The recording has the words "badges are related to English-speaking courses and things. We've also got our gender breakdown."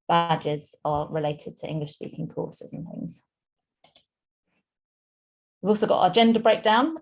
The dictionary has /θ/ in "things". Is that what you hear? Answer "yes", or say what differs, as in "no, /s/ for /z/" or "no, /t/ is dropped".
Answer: yes